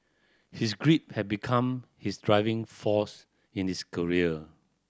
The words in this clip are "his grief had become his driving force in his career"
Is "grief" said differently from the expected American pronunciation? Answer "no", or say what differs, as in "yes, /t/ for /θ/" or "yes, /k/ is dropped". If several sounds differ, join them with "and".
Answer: yes, /p/ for /f/